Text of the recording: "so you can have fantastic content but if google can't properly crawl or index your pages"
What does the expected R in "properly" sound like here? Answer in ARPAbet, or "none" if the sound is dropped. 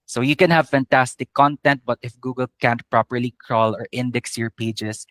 R